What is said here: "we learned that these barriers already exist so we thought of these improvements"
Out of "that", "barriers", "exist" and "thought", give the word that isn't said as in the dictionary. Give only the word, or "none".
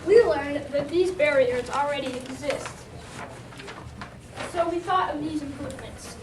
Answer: none